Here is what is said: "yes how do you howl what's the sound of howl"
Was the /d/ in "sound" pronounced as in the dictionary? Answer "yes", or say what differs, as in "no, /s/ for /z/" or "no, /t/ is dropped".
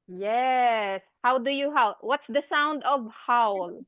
yes